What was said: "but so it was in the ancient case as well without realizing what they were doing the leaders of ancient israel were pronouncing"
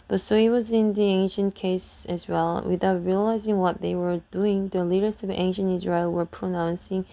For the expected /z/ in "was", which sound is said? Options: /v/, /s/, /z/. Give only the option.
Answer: /z/